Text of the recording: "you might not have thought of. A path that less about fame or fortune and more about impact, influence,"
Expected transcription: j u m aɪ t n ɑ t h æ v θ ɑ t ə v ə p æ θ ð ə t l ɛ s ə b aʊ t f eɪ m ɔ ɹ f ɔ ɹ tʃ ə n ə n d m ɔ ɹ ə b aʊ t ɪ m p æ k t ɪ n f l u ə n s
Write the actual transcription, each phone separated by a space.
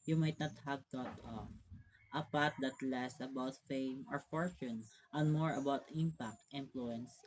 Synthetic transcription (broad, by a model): j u m aɪ t n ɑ t h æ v t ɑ t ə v ə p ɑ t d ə t l ɛ s ə b aʊ t f eɪ m ɔ ɹ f ɔ ɹ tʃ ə n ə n m ɔ ɹ ə b aʊ t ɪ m p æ k t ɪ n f l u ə n s